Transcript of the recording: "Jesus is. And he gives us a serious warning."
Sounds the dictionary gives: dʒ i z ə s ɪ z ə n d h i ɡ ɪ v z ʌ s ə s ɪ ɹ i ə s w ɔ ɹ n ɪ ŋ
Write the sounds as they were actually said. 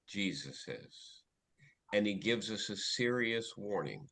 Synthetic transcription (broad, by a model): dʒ i z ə s ɪ z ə n i ɡ ɪ v z ʌ s ə s ɪ ɹ i ə s w ɔ ɹ n ɪ ŋ